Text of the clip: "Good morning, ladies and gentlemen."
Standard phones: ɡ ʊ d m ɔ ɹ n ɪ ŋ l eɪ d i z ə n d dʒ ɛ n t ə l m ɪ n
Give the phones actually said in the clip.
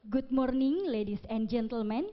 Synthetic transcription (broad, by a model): ɡ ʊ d m ɔ ɹ n ɪ ŋ l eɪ d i s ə n dʒ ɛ n t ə l m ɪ n